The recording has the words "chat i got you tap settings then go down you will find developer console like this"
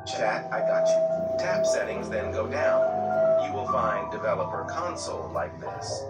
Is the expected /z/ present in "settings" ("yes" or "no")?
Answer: yes